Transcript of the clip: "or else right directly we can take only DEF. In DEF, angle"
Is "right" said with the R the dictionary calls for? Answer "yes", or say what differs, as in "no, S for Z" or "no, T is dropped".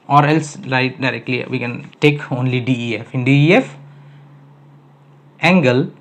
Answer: no, L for R